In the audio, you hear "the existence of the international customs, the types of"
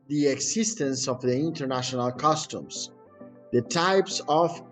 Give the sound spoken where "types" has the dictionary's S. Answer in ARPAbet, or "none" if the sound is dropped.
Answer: S